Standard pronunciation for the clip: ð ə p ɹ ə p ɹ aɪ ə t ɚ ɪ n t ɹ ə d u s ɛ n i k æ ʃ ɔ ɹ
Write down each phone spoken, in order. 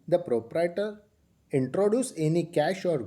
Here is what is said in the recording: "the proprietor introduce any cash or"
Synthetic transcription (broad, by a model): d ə p ɹ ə p ɹ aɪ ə t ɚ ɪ n t ɹ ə d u s ɛ n i k æ ʃ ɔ ɹ